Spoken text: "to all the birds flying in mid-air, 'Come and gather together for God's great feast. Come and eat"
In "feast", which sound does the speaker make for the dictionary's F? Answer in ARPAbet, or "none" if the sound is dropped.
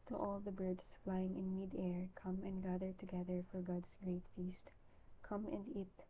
F